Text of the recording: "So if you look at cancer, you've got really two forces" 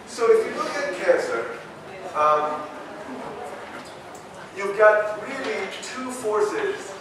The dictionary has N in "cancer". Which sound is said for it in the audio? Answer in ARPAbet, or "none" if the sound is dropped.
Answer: none